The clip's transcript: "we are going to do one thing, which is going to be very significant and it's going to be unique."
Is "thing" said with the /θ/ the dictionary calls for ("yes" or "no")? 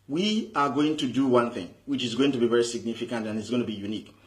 yes